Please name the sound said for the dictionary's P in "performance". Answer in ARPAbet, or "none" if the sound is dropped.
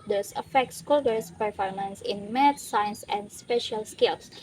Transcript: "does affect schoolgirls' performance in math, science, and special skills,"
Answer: P